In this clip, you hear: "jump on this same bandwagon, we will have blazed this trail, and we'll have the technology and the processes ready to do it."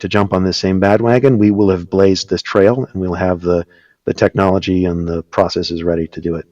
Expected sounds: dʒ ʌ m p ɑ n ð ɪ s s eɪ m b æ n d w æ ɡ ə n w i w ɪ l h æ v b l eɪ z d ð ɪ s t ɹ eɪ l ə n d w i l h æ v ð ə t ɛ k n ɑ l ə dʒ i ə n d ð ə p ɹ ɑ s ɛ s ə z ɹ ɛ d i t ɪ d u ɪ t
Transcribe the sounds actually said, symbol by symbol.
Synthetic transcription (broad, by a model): dʒ ʌ m p n ð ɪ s s eɪ m b æ d w æ ɡ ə n w i w ɪ l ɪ v b l eɪ z ð ɪ s t ɹ eɪ l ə n w i l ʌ v ð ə t ɛ k n ɑ l ə dʒ i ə n ð ə p ɹ ɑ s ɛ s ə z ɹ ɛ d i t ɪ d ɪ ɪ t